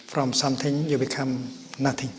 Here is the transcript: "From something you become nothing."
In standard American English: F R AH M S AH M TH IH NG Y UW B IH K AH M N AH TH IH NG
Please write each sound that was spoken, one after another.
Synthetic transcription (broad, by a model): F R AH M S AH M T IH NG Y UW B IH K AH M N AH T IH NG